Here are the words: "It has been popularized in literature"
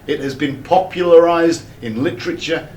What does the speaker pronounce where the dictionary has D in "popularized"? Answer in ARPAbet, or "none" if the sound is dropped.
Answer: D